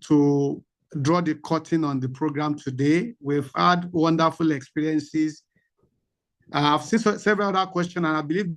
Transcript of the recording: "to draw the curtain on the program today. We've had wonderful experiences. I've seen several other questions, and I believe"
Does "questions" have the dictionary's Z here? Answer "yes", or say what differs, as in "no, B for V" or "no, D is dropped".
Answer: no, Z is dropped